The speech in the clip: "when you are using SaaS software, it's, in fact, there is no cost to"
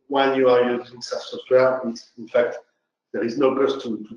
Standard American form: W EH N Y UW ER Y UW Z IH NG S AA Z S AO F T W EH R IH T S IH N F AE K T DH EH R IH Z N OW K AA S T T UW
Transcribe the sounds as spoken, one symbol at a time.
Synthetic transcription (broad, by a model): W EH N Y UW ER Y UW Z IH NG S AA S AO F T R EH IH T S IH N F AE K T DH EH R IH Z N OW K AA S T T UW